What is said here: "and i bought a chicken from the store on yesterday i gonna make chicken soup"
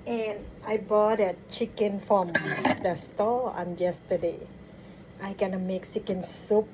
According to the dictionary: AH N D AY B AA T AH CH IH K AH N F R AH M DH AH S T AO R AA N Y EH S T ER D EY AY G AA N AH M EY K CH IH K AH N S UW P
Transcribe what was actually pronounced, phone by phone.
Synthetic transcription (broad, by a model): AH N AY B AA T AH CH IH K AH N F R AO M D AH S T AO L AA N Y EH S T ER D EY AY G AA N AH M EY K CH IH K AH N S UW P